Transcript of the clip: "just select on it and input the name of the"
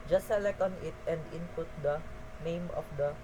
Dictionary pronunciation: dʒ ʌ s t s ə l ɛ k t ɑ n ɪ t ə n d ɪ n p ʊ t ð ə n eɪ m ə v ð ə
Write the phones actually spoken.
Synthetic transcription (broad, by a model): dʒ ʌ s s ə l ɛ k ɑ n ɪ t ə n d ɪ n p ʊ t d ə n eɪ m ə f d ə